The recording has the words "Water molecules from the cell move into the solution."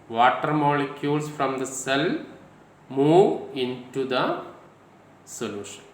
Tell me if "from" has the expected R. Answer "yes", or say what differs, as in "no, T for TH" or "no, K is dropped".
yes